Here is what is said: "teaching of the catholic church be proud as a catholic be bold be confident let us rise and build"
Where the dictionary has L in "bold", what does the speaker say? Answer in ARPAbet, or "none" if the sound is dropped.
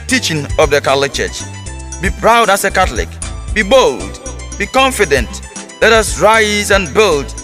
L